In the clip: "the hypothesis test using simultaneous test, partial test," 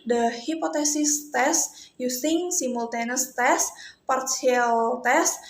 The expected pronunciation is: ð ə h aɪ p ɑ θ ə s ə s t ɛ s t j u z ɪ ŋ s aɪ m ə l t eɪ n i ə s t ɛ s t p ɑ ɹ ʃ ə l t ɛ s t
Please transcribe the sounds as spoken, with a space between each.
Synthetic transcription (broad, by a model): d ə h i p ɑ t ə s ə s t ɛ s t j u s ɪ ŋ s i m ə l t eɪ n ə s t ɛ s p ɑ ɹ s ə l t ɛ s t